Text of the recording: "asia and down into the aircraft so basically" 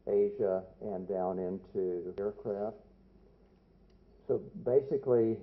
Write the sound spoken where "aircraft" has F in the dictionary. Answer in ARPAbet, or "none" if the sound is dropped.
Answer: F